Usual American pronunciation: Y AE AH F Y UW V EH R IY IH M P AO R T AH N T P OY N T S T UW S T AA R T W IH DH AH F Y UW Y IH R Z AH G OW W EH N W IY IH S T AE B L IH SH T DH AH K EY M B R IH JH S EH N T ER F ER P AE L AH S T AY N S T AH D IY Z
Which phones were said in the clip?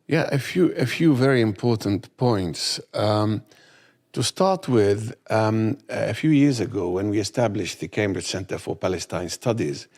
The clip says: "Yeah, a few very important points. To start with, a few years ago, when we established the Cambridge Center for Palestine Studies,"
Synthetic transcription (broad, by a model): Y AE AH F Y UW V EH R IY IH M P AO R T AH N T P OY N T S T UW S T AA R T W IH DH AH F Y UW Y IH R Z AH G OW W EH N W IY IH S T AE B L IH SH DH AH K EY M B R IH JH S EH N T ER F ER P AE L AH S T AY N S T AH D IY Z